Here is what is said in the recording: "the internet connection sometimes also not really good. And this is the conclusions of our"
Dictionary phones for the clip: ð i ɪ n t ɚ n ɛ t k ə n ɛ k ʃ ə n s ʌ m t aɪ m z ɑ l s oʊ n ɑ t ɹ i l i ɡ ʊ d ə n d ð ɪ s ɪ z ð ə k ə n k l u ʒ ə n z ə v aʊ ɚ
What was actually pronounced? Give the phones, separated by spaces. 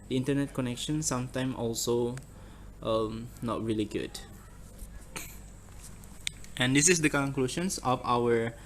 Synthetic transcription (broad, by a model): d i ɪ n t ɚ n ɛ t k ə n ɛ k ʃ ə n s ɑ m t aɪ m ɑ l s oʊ n ɑ t ɹ i l i ɡ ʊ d ə n d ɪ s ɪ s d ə k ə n k l u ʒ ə n s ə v aʊ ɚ